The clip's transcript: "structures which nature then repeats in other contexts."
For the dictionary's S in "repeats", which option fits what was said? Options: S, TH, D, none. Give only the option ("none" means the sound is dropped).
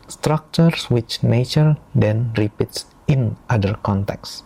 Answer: S